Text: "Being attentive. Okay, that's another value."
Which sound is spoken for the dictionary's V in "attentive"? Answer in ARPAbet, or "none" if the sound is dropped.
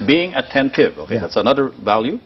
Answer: V